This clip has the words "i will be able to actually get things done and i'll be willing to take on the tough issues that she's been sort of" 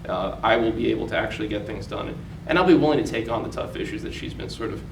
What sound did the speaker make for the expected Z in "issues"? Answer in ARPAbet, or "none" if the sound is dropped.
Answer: Z